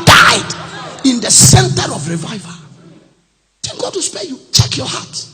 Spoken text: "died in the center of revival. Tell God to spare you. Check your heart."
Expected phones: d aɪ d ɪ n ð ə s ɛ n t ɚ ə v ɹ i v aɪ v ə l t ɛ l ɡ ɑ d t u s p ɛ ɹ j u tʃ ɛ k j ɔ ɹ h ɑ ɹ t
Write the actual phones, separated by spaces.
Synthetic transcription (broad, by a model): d aɪ d ɪ n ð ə s ɛ n t ɚ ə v ɹ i v aɪ v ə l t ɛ n ɡ ɑ d t u s p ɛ j u tʃ ɛ k j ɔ h ɑ t